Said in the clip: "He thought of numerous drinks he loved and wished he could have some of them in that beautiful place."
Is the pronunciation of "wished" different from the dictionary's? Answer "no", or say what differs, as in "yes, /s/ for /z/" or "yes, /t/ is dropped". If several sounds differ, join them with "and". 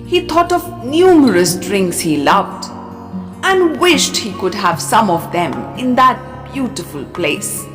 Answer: no